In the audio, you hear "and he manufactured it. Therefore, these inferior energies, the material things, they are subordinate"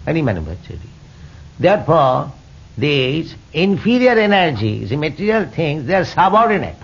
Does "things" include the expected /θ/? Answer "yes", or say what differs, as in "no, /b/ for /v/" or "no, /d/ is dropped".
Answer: no, /t/ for /θ/